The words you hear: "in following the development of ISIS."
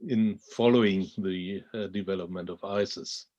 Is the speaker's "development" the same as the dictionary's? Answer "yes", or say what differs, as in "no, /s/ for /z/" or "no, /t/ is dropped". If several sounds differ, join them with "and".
yes